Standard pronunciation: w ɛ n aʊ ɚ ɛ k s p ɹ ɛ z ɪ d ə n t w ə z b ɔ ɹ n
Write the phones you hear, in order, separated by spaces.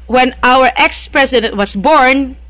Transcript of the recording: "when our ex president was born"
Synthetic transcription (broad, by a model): w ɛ n aʊ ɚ ɛ k s p ɹ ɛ s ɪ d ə n t w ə s b ɔ ɹ n